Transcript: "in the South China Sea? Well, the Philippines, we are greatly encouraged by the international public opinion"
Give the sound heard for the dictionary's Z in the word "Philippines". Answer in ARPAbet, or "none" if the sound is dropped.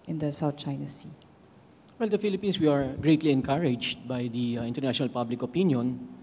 S